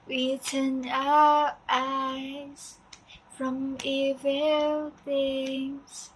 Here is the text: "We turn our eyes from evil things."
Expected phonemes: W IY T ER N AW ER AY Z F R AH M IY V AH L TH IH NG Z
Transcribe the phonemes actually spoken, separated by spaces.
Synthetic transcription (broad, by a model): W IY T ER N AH ER AY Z F R AH M IY V AH L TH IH NG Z